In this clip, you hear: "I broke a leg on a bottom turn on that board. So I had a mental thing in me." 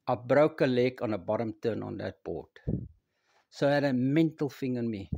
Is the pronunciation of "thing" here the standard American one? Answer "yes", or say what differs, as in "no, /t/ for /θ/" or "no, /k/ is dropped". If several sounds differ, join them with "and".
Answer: no, /f/ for /θ/